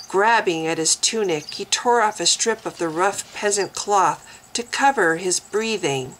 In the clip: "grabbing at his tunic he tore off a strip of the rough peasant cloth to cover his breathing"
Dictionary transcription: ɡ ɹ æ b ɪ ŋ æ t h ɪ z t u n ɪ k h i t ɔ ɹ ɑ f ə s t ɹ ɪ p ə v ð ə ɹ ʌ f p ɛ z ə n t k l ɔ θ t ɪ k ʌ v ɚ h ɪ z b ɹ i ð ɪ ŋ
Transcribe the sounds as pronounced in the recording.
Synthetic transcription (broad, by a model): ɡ ɹ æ b ɪ ŋ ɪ t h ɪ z t u n ɪ k h i t ɔ ɹ ɑ f ə s t ɹ ɪ p ə v ð ə ɹ ʌ f p ɛ z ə n k l ɔ θ t ɪ k ʌ v ɚ ɪ z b ɹ i ð ɪ ŋ